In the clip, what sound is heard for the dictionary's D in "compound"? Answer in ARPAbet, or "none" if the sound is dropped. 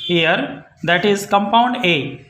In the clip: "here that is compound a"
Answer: D